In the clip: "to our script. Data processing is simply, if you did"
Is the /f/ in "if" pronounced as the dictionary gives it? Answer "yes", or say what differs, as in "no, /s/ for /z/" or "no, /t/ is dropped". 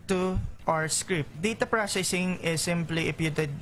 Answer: no, /p/ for /f/